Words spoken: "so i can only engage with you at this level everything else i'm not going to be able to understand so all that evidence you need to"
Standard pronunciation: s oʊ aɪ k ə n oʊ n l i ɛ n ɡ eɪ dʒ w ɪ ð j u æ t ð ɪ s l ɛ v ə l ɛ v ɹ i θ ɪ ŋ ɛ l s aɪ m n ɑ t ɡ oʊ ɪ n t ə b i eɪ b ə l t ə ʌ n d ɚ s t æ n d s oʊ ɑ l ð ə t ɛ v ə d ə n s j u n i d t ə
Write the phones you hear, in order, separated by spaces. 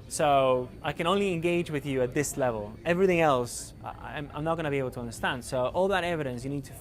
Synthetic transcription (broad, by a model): s oʊ aɪ k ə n oʊ n l i ɛ n ɡ eɪ dʒ w ɪ ð j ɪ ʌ t ð ɪ s l ɛ v ə l ɛ v ɹ i θ ɪ ŋ ɛ l s aɪ m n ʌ t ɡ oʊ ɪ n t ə b i eɪ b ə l t ə ʌ n d ɚ s t æ n d s oʊ ɑ l ð ə t ɛ v ə d ə n s j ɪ n i d t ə